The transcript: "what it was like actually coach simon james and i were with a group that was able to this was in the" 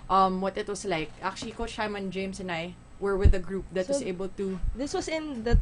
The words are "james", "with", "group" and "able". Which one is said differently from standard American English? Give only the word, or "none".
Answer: james